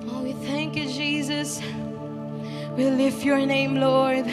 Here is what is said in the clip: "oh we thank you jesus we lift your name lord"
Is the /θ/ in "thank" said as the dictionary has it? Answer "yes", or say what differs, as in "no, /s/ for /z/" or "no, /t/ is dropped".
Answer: yes